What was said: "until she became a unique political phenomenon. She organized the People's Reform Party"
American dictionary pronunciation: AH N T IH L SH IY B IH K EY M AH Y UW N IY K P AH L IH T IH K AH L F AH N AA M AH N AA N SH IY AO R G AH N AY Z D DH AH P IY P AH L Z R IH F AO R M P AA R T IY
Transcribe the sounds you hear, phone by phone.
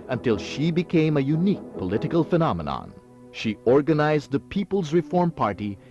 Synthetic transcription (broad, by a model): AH N T IH L SH IY B IH K EY M AH Y UW N IY K P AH L IH T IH K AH L F AH N AA M AH N AA N SH IY AO R G AH N AY Z D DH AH P IY P AH L Z R IH F AO R M P AA R T IY